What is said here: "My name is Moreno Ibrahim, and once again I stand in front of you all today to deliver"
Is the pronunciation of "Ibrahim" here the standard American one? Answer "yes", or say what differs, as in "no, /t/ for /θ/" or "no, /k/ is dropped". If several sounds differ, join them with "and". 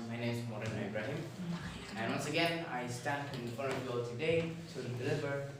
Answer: yes